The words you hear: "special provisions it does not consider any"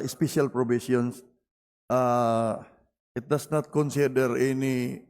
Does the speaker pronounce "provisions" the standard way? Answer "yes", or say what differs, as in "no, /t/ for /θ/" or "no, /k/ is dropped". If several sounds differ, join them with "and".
no, /s/ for /ʒ/